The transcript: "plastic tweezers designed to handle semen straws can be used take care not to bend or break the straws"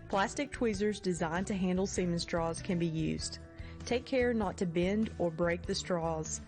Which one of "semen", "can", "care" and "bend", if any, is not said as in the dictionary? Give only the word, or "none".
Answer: none